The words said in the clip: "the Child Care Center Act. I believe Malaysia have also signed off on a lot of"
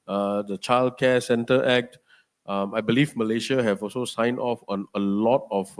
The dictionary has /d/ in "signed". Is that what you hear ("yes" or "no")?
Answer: no